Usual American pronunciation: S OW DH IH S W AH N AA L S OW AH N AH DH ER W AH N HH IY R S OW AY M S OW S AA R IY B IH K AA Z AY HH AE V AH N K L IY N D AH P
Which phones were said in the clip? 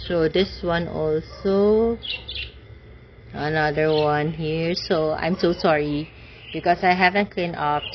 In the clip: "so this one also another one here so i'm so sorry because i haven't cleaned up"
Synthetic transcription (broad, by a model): S OW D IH S W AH N AA L S OW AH N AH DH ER W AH N HH IY R S OW AY M S OW S AA R IY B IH K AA S AY HH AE V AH N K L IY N AH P